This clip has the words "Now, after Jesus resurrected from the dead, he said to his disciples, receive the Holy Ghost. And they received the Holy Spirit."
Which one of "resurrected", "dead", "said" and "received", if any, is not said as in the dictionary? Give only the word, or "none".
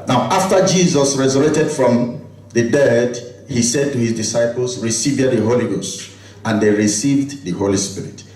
resurrected